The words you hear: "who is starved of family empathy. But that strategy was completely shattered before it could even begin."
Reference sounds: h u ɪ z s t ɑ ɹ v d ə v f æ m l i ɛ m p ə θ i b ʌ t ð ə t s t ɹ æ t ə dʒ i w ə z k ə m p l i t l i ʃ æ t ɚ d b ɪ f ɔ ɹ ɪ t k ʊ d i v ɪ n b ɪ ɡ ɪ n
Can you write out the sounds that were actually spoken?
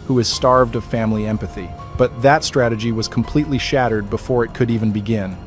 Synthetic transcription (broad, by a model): h u ɪ z s t ɑ ɹ v d ə v f æ m l i ɛ m p ə θ i b ʌ t ð ə t s t ɹ æ t ə dʒ i w ə z k m p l i t l i ʃ æ t ɚ d b ɪ f ɔ ɹ ɪ t k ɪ d i v ɪ n b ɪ ɡ ɪ n